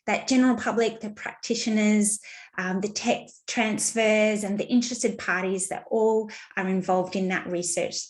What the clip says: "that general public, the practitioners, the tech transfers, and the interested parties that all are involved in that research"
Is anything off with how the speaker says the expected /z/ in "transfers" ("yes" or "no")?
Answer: no